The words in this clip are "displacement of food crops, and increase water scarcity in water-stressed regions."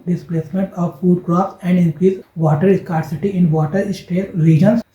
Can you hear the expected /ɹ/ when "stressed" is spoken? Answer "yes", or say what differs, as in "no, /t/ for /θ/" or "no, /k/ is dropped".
no, /ɹ/ is dropped